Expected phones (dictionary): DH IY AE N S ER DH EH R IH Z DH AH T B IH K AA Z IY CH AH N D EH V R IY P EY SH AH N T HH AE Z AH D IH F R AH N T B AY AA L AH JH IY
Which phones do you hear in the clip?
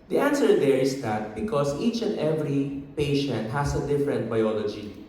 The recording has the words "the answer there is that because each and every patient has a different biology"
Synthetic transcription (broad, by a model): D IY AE N S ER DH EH R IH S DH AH T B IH K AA S IY CH AH N D EH V R IY P EY SH AH N T HH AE S AH D IH F R AH N T B AY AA L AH JH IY